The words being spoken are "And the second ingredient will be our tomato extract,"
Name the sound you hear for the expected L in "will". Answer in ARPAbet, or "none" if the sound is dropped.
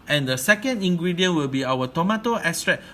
L